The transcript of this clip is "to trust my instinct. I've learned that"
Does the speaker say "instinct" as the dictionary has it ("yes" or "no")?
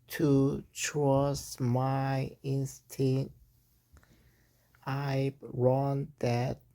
no